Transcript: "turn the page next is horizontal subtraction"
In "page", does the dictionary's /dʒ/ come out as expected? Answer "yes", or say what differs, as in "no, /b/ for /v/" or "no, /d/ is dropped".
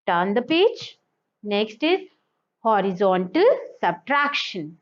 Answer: no, /tʃ/ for /dʒ/